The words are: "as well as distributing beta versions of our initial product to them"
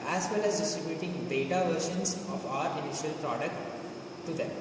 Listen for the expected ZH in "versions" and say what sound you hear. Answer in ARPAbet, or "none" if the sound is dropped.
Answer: SH